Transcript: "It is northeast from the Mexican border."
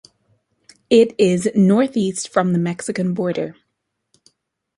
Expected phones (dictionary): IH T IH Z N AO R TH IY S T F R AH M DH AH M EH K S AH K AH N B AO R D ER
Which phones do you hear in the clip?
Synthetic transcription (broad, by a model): IH T IH Z N AO R TH IY S T F R AH M DH AH M EH K S AH K AH N B AO R D ER